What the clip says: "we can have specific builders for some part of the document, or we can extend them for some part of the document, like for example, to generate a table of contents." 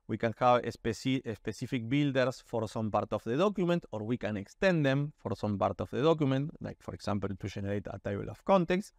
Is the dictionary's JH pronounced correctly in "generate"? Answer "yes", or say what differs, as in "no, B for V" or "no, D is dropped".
no, SH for JH